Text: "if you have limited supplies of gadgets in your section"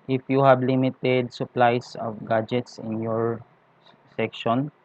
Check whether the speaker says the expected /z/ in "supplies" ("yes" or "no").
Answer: no